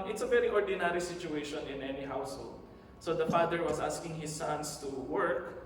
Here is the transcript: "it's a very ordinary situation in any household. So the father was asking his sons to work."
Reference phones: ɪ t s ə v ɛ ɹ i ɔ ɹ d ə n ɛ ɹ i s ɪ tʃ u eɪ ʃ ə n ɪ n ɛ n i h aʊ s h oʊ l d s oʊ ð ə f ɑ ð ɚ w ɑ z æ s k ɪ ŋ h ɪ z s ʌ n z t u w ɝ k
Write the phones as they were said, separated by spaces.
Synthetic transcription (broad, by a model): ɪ t s ə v ɛ ɹ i ɔ ɹ d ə n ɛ ɹ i s ɪ tʃ u eɪ ʃ ə n ɪ n ɛ n i h aʊ s h oʊ l d s oʊ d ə f ɑ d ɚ w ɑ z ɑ s k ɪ ŋ h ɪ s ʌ n s t u w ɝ k